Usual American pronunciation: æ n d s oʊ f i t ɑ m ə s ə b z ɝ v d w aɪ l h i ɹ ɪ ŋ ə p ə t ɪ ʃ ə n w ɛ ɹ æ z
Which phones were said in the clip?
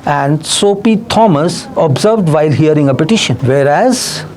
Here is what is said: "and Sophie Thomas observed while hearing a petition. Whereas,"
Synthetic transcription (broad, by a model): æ n d s oʊ p i t ɑ m ə s ə b z ɝ v d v aɪ l h i ɹ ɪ ŋ ə p ə t ɪ ʃ ə n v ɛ ɹ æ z